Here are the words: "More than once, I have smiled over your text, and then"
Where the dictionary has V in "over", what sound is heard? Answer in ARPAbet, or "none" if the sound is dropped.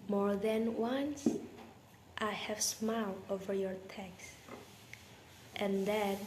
V